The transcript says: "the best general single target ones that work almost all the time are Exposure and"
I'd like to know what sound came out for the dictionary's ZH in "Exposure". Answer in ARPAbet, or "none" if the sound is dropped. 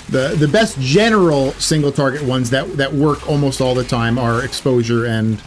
ZH